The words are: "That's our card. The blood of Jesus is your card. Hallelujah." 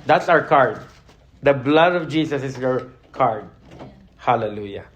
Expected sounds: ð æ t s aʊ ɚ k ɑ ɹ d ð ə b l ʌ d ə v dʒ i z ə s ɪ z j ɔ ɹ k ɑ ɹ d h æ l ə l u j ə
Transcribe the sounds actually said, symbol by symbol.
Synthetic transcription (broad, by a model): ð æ t s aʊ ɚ k ɑ ɹ d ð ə b l ʌ d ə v dʒ i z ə s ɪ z j ɔ ɹ k ɑ ɹ d h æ l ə l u j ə